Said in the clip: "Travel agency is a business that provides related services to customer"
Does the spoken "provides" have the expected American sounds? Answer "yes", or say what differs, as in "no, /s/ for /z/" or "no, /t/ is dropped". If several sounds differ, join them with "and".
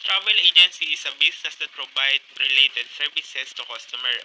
no, /z/ is dropped